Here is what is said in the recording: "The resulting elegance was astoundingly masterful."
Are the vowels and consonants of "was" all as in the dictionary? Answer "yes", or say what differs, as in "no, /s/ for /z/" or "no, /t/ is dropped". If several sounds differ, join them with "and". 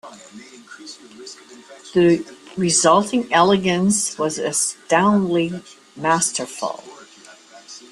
yes